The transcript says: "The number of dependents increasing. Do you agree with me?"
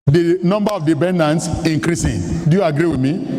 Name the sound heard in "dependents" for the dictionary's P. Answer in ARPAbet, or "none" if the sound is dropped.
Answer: B